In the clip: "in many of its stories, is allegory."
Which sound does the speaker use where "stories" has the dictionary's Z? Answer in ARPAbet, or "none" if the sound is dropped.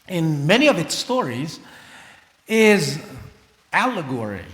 Z